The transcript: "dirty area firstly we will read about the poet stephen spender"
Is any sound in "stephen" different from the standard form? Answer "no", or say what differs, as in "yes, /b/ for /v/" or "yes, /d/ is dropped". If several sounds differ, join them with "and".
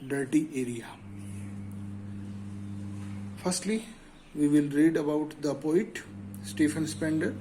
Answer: yes, /f/ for /v/